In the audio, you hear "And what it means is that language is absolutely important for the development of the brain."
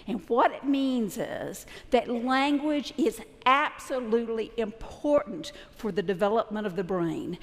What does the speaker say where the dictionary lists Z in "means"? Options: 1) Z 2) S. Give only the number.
1